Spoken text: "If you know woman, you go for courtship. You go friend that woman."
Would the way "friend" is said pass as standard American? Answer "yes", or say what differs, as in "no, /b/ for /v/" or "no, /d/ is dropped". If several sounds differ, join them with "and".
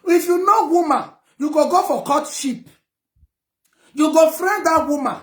yes